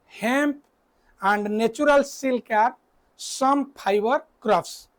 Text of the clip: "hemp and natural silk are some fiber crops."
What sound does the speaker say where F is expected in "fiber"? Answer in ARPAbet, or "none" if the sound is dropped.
P